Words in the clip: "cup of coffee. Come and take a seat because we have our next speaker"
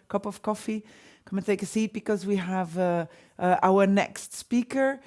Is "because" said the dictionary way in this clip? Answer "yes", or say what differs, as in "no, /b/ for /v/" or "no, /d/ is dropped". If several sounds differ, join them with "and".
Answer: yes